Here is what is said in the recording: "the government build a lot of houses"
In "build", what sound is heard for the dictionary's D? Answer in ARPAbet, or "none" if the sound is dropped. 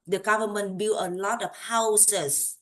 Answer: none